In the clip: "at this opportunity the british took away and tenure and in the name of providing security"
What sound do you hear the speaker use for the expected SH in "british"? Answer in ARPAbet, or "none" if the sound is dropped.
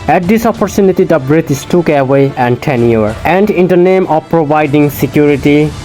S